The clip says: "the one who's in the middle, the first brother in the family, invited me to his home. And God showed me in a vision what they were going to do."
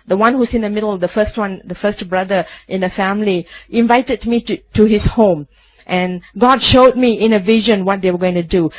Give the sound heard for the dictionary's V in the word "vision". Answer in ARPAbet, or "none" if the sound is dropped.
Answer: V